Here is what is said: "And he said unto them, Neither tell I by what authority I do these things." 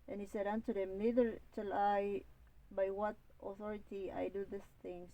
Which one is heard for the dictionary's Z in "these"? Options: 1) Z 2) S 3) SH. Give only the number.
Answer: 2